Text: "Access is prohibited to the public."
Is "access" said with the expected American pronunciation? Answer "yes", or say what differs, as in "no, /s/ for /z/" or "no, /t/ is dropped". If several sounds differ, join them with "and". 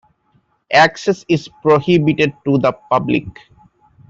yes